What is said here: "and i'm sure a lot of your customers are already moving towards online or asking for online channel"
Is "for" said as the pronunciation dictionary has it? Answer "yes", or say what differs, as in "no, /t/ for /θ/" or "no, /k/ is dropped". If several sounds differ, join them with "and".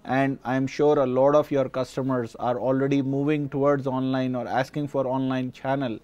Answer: yes